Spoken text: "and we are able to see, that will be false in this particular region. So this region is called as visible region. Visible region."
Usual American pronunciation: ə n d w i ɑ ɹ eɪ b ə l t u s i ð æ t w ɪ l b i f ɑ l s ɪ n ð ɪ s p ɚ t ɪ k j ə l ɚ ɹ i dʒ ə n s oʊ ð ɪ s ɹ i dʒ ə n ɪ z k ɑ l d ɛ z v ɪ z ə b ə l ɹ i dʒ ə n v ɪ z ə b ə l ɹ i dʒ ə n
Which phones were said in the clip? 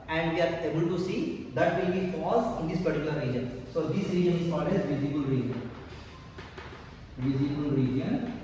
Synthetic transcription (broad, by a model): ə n d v i ɑ ɹ eɪ b ə l t u s i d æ t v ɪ l b i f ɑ s ɪ n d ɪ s p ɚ t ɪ k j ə l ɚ ɹ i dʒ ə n s oʊ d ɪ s ɹ i dʒ ə n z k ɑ d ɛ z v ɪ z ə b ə l ɹ i dʒ ə n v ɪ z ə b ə l ɹ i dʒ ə n